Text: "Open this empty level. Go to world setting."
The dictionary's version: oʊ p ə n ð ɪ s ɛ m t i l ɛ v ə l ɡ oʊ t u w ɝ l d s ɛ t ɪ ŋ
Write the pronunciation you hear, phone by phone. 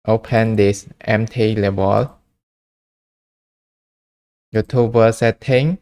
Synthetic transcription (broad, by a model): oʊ p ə n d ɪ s ɛ m t i l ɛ b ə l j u t u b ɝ s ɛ t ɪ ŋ